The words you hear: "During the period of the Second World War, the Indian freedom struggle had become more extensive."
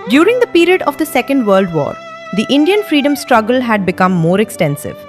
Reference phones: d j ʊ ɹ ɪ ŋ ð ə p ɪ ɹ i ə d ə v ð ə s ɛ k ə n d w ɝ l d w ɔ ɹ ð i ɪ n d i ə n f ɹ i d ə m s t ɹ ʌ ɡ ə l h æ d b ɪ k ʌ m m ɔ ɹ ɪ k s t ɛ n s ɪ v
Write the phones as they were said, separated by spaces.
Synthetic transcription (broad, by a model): d j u ɹ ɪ ŋ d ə p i ɹ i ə d ə v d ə s ɛ k ə n d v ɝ l d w ɔ ɹ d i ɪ n d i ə n f ɹ i d ə m s t ɹ ʌ ɡ ə l h æ d b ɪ k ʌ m m ɔ ɹ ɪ k s t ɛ n s ɪ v